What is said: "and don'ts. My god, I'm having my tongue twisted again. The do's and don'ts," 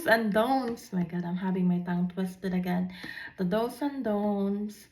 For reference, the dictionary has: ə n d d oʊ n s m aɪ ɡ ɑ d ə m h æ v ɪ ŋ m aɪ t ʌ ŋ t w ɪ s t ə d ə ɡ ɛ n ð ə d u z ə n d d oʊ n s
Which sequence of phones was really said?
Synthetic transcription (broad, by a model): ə n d d oʊ n s m aɪ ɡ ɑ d ə m h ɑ b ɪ ŋ m aɪ t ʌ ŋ t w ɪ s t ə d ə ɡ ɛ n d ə d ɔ s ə n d d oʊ n s